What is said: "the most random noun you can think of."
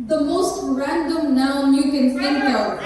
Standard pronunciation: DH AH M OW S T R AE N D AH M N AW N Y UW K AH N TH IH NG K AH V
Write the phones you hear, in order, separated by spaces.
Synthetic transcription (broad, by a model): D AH M OW S T R AE N D AH M N AW N Y UW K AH N T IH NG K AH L